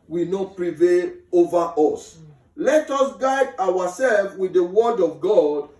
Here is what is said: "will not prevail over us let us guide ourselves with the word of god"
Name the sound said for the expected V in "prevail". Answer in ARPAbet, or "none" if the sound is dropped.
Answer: V